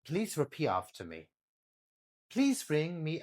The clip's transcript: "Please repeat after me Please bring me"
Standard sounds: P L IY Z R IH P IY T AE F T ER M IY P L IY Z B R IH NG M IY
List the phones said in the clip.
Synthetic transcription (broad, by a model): P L IY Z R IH P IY AO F T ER M IY P L IY Z B R IH NG M IY